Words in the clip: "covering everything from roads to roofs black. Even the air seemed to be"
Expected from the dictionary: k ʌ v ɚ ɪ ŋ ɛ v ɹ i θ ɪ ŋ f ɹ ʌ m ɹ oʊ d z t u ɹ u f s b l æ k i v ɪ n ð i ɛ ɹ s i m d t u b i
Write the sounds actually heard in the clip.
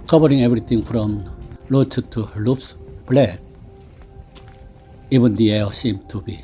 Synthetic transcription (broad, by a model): k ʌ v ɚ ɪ ŋ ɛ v ɹ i t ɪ ŋ f ɹ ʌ m l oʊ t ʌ t u l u p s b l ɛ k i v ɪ n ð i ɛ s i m t u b i